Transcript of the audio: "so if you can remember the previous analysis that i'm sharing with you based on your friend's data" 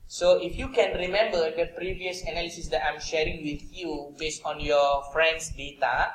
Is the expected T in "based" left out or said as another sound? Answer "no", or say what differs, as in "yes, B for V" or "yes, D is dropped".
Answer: no